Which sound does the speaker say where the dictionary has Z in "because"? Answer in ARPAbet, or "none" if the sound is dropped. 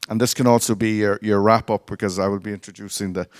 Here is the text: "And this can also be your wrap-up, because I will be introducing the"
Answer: Z